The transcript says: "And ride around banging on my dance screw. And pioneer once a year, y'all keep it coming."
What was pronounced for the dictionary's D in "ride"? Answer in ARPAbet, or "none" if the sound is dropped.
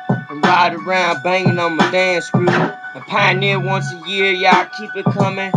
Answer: D